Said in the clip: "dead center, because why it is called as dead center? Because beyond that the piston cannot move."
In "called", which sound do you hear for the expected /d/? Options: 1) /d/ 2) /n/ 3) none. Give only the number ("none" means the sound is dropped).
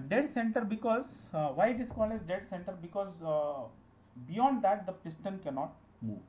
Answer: 3